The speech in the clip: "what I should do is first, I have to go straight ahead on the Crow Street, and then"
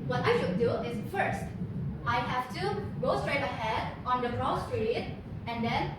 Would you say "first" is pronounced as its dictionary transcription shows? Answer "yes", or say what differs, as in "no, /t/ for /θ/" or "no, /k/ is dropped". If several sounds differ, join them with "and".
yes